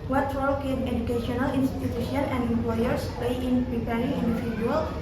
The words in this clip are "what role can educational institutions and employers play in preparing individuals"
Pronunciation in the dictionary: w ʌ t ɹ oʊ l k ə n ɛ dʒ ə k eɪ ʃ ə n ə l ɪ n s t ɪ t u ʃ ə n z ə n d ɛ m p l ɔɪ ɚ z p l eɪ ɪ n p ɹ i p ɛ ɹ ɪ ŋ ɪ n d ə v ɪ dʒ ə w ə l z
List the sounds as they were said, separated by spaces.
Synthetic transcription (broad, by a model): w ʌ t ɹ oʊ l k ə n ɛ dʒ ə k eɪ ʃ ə n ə l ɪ n s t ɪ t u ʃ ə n ə n d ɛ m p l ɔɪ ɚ s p eɪ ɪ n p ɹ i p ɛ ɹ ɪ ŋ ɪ n d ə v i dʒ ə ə l